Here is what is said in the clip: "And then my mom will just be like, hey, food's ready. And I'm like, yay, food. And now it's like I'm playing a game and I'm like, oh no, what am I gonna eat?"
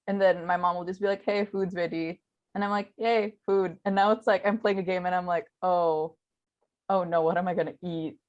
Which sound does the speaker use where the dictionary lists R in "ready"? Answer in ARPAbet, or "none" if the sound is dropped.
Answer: W